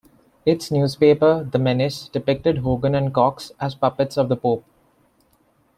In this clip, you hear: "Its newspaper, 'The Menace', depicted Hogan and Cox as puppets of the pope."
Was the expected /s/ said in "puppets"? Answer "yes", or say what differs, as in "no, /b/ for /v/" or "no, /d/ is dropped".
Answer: yes